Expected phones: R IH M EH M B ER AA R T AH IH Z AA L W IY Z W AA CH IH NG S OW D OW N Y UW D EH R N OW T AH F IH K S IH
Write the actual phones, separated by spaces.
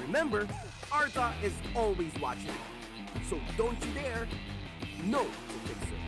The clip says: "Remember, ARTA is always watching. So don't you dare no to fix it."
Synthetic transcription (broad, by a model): R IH M EH M B ER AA R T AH IH Z AA L W IY Z W AA CH IH NG S OW D OW N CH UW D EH R N OW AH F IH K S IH